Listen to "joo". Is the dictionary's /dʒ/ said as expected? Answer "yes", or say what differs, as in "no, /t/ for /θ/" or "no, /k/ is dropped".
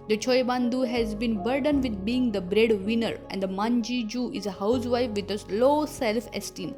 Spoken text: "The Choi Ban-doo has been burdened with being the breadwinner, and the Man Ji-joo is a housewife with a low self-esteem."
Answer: yes